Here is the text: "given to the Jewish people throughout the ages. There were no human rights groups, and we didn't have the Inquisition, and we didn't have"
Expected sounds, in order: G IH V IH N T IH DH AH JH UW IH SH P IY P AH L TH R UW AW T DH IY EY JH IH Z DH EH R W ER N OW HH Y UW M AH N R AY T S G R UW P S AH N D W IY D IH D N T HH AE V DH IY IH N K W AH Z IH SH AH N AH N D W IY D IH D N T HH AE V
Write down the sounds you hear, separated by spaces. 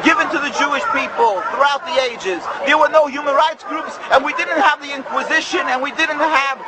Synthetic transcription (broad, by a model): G IH V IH N T IH DH AH JH UW IH SH P IY P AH L TH R UW AW T DH IY EY JH IH Z DH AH R W ER N OW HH Y UW M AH N R AY T S G R UW P S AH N W IY D IH D N T HH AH V DH IY IH N K W AH Z IH SH AH N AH N W IY D IH D N T HH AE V